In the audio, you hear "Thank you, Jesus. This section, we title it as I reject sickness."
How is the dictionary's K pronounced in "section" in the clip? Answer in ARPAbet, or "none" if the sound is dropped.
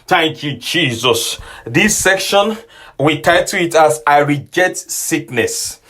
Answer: K